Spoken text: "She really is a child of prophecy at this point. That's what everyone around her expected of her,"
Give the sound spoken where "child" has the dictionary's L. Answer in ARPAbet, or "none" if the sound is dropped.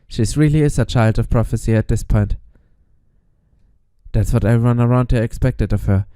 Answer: L